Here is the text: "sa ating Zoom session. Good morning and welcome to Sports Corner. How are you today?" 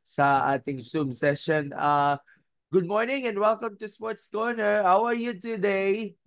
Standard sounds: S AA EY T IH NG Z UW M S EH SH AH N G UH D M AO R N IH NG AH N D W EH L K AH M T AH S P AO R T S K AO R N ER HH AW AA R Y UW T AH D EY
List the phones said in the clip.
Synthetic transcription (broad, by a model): S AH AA T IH NG S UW M S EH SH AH N G UH D M AO R N IH NG AH N D W EH L K AH M T AH S P AO R T S K AO R N ER HH AW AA R Y UW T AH D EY